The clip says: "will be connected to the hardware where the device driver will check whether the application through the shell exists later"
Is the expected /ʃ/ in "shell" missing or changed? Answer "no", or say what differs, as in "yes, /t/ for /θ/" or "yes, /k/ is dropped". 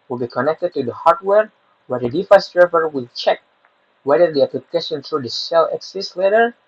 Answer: yes, /s/ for /ʃ/